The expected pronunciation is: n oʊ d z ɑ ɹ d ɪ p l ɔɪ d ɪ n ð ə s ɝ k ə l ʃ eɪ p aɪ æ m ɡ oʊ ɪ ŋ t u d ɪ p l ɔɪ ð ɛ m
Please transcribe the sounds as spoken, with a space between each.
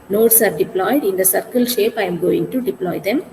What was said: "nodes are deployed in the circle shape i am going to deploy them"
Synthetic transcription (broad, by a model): n oʊ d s ɑ ɹ d ɪ p l ɔɪ d ɪ n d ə s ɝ k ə l ʃ eɪ p aɪ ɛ m ɡ oʊ ɪ ŋ t u d ɪ p l ɔɪ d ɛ m